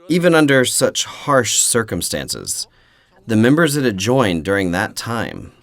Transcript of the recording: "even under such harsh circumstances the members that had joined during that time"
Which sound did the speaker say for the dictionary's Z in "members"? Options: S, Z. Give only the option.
Z